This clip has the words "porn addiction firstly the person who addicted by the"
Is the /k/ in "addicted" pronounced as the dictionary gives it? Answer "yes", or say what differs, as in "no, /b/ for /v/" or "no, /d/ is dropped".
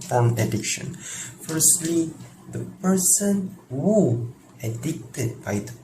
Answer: yes